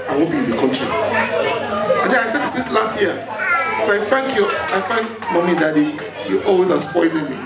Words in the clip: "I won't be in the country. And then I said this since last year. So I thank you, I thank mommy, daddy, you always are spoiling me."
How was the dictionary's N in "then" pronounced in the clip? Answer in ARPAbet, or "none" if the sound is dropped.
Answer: none